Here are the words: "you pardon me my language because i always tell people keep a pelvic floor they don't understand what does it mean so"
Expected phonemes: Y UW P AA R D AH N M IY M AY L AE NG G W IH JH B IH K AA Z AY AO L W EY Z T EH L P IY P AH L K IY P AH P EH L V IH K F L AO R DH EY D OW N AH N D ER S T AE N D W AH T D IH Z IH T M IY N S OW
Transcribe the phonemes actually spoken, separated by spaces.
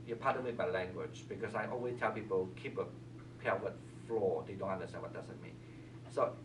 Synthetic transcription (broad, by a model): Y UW P AA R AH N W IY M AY L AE NG G W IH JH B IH K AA S AY AO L W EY S T EH L P IY P AH L K IY P AH P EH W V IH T F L AO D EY D OW N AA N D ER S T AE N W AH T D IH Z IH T M IY N S OW